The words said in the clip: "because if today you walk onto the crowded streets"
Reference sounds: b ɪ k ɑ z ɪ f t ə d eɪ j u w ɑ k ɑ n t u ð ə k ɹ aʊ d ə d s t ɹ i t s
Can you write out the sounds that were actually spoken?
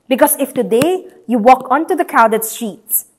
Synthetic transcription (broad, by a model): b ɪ k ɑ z ɪ f t ə d eɪ j u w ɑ k ɑ n t u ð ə k aʊ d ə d s t ɹ i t s